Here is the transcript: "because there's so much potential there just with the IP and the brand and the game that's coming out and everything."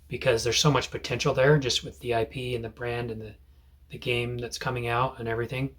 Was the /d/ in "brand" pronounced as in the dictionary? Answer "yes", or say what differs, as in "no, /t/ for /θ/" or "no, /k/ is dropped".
yes